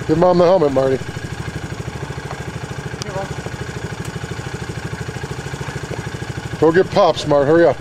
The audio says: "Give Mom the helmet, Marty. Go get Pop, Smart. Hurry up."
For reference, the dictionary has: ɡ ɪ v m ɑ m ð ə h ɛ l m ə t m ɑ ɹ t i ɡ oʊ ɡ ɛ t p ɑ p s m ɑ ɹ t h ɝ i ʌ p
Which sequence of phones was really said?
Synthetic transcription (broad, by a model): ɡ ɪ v m ɑ m ð ə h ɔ m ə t m ɑ ɹ t i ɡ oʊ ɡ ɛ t p ɑ p s m ɑ ɹ t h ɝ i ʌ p